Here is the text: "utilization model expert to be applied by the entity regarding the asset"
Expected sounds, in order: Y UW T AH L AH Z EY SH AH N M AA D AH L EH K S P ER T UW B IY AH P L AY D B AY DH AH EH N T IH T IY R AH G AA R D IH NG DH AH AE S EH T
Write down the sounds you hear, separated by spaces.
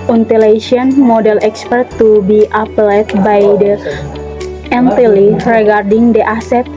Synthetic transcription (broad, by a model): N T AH L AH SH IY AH N M AA D AH L EH K S P ER T UW B IY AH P L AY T B AY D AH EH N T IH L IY R AH G AA R D IH NG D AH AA S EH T